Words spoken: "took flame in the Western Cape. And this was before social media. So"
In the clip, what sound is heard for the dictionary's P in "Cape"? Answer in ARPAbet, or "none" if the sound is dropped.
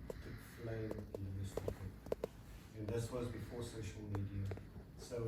none